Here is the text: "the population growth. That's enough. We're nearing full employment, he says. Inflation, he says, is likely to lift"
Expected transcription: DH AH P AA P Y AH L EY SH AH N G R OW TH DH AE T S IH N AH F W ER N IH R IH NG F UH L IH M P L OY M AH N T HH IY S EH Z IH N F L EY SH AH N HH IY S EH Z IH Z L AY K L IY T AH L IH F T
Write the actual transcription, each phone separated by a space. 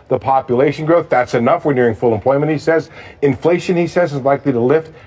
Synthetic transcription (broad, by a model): DH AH P AA P Y AH L EY SH AH N G R OW TH DH AE T S IH N AH F W ER N IH R IH NG F UH L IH M P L OY M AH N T HH IY S EH Z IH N F L EY SH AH N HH IY S EH Z IH Z L AY K L IY T AH L IH F T